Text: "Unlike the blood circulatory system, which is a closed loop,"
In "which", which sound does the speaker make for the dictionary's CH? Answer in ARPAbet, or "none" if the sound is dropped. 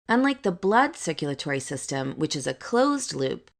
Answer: CH